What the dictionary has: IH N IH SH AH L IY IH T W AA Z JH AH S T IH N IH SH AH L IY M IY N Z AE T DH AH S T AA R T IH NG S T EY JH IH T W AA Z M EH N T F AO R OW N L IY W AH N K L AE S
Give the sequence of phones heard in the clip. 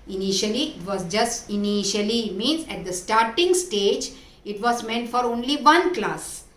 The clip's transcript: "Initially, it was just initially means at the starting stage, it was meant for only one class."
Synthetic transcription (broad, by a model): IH N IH SH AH L IY IH T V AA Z JH AH S T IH N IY SH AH L IY M IY N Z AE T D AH S T AA R T IH NG S T EY JH IH T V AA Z M EH N T F AO R OW N L IY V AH N K L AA S